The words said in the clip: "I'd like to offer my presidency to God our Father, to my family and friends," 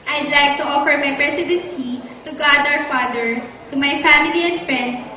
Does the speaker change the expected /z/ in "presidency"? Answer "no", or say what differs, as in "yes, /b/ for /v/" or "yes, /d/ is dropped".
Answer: yes, /s/ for /z/